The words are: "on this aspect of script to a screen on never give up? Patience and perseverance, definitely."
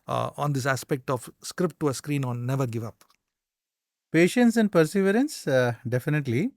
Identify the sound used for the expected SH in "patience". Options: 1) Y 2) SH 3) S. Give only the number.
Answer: 2